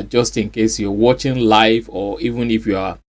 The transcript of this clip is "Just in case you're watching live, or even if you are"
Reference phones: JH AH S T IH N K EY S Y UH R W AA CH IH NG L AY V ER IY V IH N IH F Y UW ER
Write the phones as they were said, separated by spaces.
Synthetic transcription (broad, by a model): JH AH S T IH N K EY S Y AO W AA CH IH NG L AY F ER IY V IH N IH F Y UW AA